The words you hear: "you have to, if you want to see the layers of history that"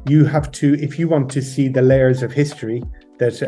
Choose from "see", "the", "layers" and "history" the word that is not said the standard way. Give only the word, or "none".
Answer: none